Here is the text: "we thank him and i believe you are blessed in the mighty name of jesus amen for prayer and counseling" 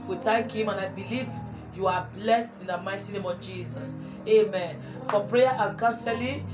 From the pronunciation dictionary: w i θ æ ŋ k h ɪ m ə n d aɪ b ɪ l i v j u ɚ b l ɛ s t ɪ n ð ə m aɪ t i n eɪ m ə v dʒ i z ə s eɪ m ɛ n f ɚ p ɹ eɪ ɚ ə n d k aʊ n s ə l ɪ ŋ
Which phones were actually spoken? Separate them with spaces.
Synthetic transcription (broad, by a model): w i t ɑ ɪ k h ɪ m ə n aɪ b ɪ l i v j u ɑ b l ɛ s t ɪ n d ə m aɪ t i n eɪ m ə v dʒ i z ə s eɪ m ɛ n f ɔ p ɹ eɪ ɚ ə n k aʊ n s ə l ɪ